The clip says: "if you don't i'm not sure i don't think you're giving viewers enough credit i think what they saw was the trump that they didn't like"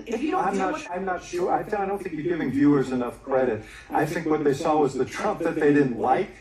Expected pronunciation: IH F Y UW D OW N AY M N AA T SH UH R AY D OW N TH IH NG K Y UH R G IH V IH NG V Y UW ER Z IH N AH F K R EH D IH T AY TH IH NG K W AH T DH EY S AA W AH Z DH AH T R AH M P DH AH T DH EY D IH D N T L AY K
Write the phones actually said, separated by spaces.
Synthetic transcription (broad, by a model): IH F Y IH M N AY M N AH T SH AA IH AY D OW N TH IH NG K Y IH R G IH V IH NG V Y UW ER Z IH N AH F K R EH D IH T AY TH IH NG K W AH T DH EY S AA W AH Z DH AH T R AH M P DH AH T DH EY D IH D N T L AY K